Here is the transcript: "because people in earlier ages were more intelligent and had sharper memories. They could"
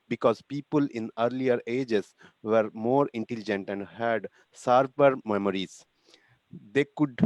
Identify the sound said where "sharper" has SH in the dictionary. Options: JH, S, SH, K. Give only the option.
S